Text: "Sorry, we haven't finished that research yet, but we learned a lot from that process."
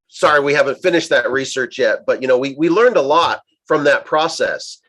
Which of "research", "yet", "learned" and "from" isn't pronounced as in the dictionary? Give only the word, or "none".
none